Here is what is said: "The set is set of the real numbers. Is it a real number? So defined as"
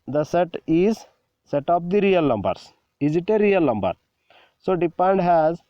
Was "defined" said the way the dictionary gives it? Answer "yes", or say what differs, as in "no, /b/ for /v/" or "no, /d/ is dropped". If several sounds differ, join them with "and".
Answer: no, /p/ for /f/